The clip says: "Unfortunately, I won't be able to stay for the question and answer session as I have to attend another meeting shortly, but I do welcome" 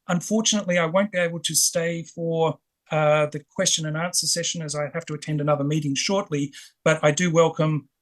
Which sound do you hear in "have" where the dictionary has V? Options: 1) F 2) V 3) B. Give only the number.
1